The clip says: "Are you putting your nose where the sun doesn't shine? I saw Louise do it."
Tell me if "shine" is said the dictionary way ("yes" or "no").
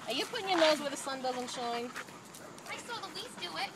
yes